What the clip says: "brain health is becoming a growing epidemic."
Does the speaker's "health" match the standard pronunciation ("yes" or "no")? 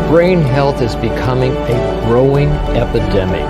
yes